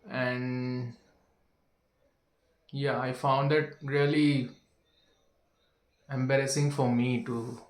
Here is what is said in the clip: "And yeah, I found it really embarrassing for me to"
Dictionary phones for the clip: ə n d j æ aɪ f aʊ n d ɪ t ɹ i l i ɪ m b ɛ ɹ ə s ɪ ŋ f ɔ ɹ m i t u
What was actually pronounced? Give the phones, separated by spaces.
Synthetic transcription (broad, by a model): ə n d j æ aɪ f aʊ n d ɪ t ɹ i l i ɪ m b ɛ ɹ ə s ɪ ŋ f ɔ ɹ m i t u